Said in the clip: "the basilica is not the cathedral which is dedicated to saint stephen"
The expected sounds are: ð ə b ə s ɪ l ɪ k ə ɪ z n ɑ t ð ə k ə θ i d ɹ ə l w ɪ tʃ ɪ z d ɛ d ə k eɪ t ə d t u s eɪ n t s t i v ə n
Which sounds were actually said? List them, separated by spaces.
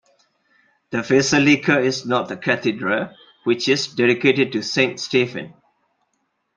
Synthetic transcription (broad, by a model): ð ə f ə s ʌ l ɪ k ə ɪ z n ɑ t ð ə k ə t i d ɹ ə w ɪ tʃ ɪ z d ɛ d ə k eɪ t ə d t u s eɪ n t s t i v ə n